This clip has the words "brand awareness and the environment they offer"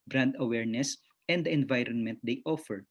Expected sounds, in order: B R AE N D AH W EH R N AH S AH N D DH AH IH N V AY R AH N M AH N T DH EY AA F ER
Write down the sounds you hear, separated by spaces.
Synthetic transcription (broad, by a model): B R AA N D AH W EH R N AH S AH N D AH IH N V AY R AH N M AH N T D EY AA F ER